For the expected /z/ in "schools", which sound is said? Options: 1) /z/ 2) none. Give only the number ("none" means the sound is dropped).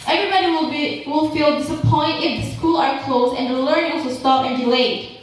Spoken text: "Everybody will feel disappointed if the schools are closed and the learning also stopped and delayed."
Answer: 2